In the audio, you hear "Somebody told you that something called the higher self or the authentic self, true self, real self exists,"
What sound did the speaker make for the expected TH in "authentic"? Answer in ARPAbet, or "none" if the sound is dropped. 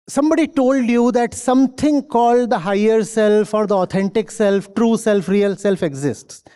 T